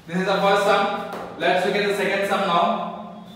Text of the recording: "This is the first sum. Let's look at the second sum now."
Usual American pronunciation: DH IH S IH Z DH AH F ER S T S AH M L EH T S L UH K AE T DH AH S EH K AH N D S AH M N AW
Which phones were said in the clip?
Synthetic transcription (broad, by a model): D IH S IH Z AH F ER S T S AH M L EH T S W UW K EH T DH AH S EH K AH N D S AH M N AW